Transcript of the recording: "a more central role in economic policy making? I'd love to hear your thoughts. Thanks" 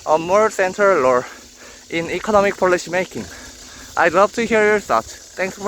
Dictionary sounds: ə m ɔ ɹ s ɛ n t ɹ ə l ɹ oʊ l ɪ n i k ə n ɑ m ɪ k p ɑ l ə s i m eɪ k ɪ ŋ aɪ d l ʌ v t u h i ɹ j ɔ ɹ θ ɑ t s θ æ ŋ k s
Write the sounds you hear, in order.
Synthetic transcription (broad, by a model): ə m ɔ ɹ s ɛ n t ə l l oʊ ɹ ɪ n i k ə n ɑ m ɪ k p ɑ l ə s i m eɪ k ɪ ŋ aɪ d l ʌ v t u h i ɹ j ɔ ɹ s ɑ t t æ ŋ k s